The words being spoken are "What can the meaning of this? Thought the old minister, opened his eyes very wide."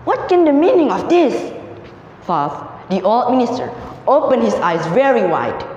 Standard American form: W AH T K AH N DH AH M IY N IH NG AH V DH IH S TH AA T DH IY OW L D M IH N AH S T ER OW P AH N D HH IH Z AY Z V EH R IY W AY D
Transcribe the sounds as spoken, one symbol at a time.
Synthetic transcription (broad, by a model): W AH T K AH N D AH M IY N IH NG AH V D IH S F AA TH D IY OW L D M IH N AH S T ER OW P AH N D HH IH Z AY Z V EH R IY W AY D